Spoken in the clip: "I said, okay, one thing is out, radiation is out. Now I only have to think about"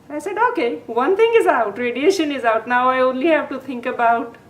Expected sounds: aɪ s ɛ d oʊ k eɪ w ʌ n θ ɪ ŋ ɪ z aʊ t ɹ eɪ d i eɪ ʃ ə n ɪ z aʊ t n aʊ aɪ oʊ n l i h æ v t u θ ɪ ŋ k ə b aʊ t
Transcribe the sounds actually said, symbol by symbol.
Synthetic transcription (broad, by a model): aɪ s ɛ d oʊ k eɪ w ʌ n t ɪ ŋ ɪ z aʊ t ɹ eɪ d i eɪ ʃ ə n ɪ z aʊ t n aʊ aɪ oʊ n l i h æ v t u t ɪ ŋ k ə b aʊ t